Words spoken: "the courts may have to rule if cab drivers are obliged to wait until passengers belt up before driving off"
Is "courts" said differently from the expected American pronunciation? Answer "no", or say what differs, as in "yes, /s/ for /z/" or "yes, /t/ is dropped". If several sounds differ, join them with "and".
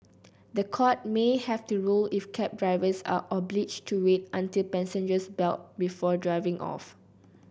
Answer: yes, /s/ is dropped